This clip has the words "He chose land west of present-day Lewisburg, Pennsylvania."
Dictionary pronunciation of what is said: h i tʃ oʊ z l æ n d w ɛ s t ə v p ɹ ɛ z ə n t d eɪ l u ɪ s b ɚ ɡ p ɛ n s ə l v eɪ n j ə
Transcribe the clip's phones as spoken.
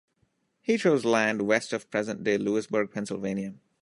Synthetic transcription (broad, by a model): h i tʃ oʊ z l æ n d w ɛ s t ə v p ɹ ɛ z ə n t d eɪ l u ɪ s b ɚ ɡ p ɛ n s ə l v eɪ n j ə